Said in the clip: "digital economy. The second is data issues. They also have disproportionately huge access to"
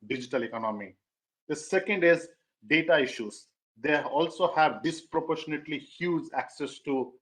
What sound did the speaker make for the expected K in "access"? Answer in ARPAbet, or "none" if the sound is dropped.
K